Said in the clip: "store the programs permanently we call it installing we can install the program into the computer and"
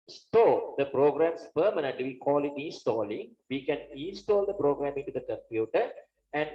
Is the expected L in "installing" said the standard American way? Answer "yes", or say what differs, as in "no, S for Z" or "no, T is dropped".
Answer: yes